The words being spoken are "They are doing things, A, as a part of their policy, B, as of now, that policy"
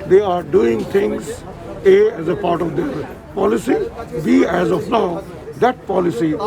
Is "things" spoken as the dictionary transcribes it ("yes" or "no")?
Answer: no